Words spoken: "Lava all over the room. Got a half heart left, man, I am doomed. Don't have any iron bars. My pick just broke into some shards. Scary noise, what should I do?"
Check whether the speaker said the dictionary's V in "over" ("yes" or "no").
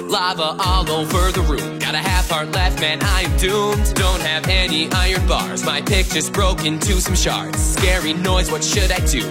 no